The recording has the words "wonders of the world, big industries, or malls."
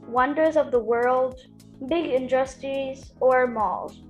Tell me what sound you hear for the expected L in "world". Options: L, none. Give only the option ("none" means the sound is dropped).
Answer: L